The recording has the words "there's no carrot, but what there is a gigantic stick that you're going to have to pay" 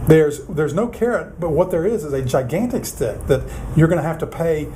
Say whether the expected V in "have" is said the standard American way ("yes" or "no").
no